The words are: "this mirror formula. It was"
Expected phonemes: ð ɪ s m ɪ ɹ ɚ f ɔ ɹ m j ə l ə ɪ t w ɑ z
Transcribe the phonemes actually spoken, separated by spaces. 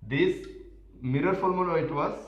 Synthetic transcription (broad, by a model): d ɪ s m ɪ ɹ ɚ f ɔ l m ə n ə ɪ t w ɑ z